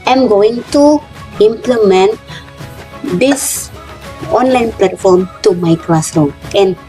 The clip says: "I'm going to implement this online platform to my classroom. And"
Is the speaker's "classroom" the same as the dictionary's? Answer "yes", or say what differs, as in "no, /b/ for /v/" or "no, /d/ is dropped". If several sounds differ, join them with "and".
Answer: no, /m/ is dropped